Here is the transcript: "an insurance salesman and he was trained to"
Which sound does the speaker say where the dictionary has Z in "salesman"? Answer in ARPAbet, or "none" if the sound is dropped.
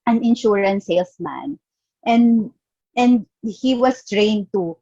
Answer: S